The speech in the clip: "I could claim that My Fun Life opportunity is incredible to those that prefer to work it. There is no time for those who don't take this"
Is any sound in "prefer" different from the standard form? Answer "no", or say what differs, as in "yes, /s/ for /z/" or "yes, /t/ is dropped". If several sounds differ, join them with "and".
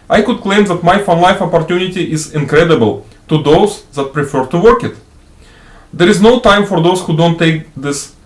no